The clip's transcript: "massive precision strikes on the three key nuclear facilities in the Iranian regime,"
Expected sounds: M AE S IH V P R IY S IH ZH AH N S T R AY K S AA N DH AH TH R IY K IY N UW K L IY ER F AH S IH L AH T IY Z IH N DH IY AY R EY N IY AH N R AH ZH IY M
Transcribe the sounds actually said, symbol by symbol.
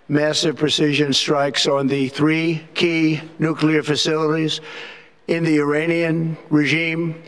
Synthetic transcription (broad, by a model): M AE S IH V P R IY S IH ZH AH N S T R AY K S N DH AH TH R IY K IY N UW K L IY ER F AH S IH L AH T IY Z IH N DH IY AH R EY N IY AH N R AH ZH IY M